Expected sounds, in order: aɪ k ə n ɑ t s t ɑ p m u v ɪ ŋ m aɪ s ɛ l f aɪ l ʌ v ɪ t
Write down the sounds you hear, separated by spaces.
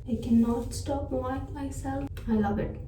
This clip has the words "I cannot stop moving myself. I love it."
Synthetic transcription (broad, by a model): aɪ k ə n ɑ t s t ɑ p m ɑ ɪ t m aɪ s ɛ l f aɪ l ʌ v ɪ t